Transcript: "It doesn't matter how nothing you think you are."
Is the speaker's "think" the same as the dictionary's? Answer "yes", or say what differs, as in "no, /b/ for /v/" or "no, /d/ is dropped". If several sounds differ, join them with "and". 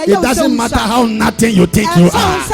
no, /t/ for /θ/